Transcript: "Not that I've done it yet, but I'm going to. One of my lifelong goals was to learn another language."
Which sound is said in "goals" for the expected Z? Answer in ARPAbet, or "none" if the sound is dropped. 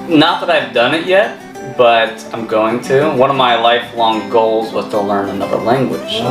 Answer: Z